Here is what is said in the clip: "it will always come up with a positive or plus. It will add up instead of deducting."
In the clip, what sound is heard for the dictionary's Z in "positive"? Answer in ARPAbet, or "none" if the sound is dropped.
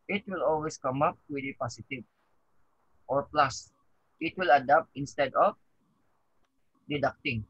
S